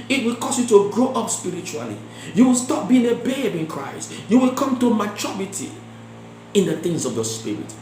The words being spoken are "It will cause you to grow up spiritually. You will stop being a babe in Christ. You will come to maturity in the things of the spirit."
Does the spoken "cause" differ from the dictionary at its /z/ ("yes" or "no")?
yes